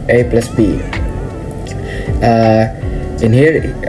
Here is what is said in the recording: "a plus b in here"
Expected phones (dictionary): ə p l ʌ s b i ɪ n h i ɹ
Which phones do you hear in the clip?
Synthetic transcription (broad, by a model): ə p l ʌ s b i ɪ n h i ɹ